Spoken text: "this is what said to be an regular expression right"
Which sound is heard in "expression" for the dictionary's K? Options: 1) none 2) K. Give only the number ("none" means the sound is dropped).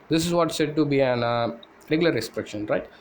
1